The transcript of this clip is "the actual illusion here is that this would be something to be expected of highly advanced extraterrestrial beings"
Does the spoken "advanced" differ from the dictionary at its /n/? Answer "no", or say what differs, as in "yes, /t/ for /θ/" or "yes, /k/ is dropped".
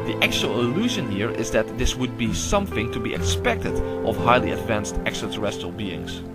no